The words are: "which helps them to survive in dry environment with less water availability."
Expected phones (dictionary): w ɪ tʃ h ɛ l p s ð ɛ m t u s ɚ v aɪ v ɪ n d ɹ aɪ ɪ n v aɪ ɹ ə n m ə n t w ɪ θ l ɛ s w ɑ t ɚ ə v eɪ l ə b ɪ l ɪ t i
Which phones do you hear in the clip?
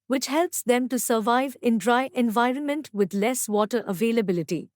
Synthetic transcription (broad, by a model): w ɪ tʃ h ɛ l p s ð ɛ m t u s ɚ v aɪ v ɪ n d ɹ aɪ ɪ n v aɪ ɹ ə n m ə n t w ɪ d l ɛ s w ɑ t ɚ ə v eɪ l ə b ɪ l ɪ t i